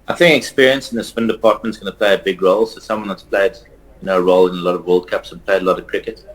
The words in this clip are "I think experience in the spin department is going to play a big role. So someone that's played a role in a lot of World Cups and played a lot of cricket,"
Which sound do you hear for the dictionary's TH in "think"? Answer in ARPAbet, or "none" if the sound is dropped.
TH